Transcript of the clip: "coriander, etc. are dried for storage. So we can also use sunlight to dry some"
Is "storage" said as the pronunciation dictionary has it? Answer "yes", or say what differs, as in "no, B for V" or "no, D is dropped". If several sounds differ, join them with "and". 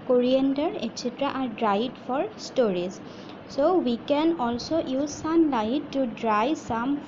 no, Z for JH